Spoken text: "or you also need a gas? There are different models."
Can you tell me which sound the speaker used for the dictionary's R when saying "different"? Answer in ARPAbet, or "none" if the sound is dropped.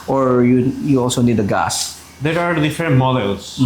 none